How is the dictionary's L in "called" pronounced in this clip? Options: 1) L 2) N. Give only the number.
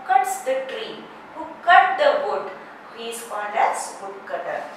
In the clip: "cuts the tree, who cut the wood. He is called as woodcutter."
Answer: 2